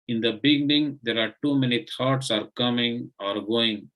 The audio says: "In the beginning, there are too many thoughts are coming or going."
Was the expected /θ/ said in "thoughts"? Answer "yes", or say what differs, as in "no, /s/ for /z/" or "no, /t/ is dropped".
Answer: no, /t/ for /θ/